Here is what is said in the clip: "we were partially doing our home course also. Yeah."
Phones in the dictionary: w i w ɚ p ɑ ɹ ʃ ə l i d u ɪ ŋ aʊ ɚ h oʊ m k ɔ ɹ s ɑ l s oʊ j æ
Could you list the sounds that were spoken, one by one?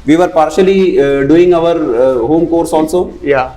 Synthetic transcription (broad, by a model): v i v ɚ p ɑ ɹ ʃ ə l i d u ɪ ŋ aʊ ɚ h oʊ m k ɔ ɹ s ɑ n s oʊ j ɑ